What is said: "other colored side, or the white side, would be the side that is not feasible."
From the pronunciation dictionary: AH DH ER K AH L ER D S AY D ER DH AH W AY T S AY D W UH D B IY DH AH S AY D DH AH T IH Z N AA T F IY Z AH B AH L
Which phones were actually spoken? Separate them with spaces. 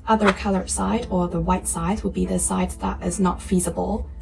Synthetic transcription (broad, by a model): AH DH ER K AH L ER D S AY D ER DH AH W AY T S AY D W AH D B IY DH AH S AY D DH AH T IH Z N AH T F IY Z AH B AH L